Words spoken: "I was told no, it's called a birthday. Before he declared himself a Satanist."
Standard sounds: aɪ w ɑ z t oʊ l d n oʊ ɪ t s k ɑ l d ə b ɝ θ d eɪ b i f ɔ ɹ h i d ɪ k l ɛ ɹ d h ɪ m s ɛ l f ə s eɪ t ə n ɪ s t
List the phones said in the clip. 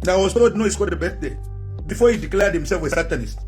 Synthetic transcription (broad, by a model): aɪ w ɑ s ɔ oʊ d n oʊ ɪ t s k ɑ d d ə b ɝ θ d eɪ b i f ɔ h i d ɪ k l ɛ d h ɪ m s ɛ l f ə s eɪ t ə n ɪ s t